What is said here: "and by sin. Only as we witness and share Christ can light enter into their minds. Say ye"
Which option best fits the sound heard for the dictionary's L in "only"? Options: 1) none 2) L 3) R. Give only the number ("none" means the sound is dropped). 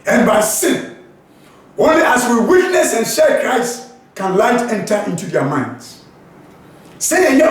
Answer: 1